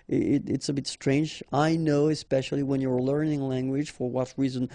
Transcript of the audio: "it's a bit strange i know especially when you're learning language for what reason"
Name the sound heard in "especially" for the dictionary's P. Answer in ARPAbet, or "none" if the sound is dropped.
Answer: P